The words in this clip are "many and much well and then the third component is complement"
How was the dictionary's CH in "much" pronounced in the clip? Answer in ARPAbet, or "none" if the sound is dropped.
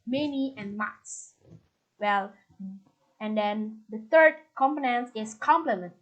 S